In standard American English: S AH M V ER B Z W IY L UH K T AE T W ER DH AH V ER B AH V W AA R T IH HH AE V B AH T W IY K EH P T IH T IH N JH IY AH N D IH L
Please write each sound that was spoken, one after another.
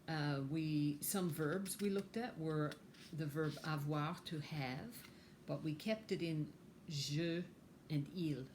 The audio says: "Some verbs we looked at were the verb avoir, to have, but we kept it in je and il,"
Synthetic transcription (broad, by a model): S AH M V ER B Z W IY L UH K T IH T W ER DH AH V ER B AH V W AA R T IH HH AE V B AH T W IY K EH P T IH T IH N ZH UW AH N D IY L